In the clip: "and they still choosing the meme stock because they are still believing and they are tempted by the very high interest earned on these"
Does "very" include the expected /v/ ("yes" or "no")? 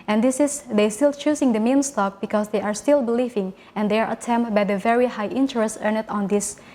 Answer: yes